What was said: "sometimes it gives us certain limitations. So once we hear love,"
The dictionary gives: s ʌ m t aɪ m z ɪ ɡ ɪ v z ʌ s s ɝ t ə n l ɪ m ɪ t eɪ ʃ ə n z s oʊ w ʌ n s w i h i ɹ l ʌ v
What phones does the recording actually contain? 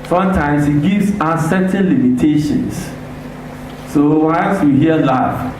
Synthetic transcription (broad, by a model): s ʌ m t aɪ m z ɪ ɡ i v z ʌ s s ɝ t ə n l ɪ m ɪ t eɪ ʃ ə n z s oʊ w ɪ l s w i h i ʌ l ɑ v